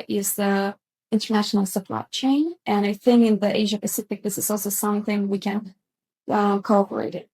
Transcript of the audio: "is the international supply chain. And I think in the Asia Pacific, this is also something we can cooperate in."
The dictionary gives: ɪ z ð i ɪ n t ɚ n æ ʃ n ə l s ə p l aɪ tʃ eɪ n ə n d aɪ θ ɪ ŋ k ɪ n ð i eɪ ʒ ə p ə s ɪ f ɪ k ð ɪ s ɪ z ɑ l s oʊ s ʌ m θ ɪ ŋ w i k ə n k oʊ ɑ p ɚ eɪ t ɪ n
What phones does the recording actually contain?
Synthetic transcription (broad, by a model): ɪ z ð i ɪ n t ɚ n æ ʃ n l s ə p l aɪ tʃ eɪ n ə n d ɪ θ ɪ ŋ ɪ n ð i eɪ ʒ ə p ə s ɪ f ɪ k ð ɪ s ɪ z ɑ l s oʊ s ʌ m θ ɪ ŋ w i k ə n k oʊ ɑ p ɚ eɪ t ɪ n